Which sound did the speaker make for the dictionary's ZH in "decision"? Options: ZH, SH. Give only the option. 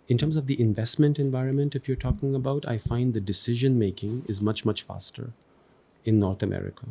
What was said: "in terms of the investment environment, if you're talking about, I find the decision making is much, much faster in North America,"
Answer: ZH